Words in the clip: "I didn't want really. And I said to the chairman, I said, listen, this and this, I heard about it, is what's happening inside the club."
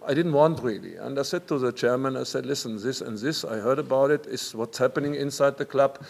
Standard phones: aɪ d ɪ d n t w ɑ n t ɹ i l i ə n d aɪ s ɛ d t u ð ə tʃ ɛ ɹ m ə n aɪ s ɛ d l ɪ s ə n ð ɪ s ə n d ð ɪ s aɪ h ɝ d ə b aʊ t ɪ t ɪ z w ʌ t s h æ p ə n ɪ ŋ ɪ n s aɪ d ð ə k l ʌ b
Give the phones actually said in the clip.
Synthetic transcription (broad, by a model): aɪ d ɪ d n t w ɑ n t ɹ i l i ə n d aɪ s ɛ d t u ð ə tʃ ɛ ɹ m ə n aɪ s ɛ d l ɪ s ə n ð ɪ s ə n ð ɪ s aɪ h ɝ d ə b aʊ t ɪ t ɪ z w ʌ t s h æ p ə n ɪ ŋ ɪ n s aɪ d ð ə k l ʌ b